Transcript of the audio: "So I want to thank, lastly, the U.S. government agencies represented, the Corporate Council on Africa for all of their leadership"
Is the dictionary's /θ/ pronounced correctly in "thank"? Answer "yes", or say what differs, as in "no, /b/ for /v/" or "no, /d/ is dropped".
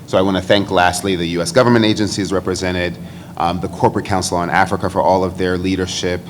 yes